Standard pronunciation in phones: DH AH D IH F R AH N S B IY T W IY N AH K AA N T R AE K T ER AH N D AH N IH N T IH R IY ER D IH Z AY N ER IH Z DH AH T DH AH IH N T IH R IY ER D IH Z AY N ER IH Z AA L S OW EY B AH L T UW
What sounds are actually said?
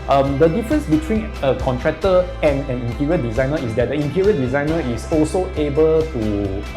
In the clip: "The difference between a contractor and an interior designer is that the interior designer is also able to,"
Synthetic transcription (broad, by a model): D AH D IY F R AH N S B IY T W IY N AH K AA N T R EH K T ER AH N AH N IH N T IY R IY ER D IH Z AY N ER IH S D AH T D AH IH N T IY R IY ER D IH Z AY N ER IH S AA L S OW EY B AH L T UW